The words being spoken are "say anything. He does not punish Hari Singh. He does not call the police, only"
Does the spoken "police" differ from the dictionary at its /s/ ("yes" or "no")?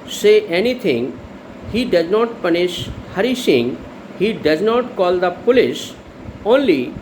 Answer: yes